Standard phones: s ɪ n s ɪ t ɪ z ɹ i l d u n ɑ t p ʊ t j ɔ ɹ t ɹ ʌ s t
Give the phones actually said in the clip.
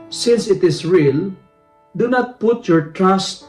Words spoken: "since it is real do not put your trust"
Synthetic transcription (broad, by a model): s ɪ n s ɪ t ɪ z ɹ i l d u n ɑ t p ʊ t j ɔ ɹ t ɹ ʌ s t